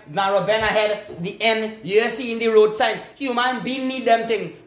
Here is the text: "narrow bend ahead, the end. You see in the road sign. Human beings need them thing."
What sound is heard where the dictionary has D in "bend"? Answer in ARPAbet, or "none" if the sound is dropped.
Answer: none